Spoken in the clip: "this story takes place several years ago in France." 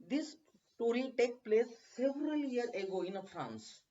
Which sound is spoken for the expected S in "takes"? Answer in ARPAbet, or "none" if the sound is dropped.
none